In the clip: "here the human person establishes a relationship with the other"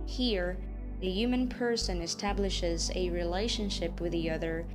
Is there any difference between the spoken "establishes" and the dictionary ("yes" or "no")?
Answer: no